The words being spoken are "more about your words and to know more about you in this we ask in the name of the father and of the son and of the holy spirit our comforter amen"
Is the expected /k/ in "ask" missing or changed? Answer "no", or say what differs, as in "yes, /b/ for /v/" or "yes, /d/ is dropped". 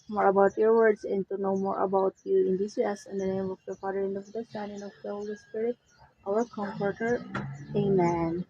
yes, /k/ is dropped